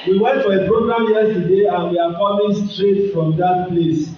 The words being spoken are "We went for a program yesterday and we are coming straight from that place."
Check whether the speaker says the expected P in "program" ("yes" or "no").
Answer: no